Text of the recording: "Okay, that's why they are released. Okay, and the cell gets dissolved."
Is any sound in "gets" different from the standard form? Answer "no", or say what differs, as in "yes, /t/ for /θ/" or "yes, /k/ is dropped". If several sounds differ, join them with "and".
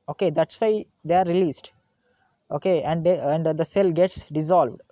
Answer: no